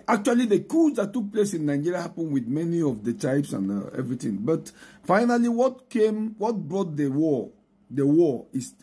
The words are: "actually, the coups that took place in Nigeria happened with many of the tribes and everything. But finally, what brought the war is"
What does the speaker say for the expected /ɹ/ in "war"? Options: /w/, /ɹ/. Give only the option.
/w/